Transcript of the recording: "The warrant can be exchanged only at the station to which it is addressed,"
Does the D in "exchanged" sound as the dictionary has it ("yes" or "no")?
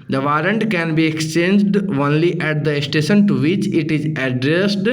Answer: yes